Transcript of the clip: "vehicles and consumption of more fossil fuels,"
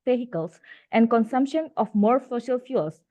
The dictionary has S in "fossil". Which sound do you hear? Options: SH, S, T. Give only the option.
SH